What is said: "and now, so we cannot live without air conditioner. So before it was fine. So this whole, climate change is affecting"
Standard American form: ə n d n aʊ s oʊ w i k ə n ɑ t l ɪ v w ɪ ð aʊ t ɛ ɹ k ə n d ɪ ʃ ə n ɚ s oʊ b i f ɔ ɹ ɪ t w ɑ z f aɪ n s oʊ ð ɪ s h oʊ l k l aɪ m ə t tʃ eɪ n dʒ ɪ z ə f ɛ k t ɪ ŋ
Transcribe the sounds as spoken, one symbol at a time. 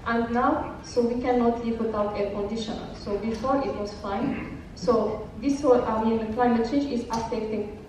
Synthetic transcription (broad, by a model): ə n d n aʊ s oʊ w i k ə n ɑ t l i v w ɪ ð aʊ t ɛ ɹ k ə n d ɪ ʃ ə n s oʊ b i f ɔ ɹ ɪ t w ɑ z f aɪ n s oʊ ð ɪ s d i n k l aɪ m ə t tʃ eɪ n dʒ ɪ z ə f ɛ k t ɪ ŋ